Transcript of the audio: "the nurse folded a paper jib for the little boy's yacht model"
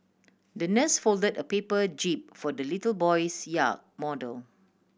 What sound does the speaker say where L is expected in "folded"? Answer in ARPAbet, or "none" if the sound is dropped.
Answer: L